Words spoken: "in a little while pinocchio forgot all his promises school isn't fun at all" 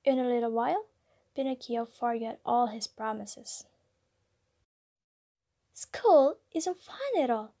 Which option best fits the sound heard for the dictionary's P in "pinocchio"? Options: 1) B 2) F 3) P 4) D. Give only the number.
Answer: 1